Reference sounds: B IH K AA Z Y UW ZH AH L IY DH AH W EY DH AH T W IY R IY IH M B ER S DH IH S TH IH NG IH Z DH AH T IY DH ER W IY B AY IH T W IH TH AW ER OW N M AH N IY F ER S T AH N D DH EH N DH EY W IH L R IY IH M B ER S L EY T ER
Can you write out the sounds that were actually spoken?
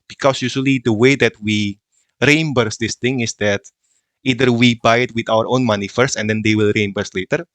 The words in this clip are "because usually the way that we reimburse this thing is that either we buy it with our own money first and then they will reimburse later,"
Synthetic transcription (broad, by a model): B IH K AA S Y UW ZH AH L IY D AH W EY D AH T W IY R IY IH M B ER S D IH S T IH NG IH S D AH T IY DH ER W IY B AY IH T W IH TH AW ER OW N M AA N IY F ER S AH N D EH N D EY W IH L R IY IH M B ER S L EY T ER